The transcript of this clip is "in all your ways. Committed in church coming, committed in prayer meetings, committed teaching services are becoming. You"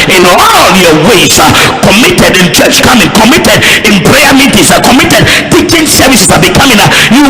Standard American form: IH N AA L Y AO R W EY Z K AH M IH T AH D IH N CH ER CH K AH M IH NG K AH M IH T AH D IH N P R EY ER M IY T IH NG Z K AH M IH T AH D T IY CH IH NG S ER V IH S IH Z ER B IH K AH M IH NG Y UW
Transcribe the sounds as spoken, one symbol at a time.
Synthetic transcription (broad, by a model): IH N AA L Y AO W EY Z K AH M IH T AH D IH N CH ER CH K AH M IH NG K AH M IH T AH D IH N P R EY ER M IY T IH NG S K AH M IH T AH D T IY CH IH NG S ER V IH S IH S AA B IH K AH M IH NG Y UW